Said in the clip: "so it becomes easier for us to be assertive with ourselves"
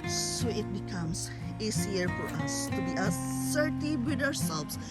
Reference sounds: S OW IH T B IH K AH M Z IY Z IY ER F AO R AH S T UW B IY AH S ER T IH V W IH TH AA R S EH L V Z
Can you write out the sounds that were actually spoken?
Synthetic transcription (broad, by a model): S OW IH T B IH K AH M S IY S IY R F AO R AH S T UW B IY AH S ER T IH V W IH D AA R S EH L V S